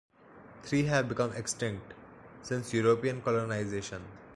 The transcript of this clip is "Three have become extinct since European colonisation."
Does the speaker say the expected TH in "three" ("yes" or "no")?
no